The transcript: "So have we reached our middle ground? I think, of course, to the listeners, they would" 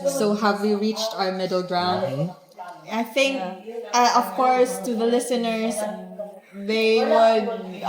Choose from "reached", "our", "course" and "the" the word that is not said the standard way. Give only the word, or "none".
none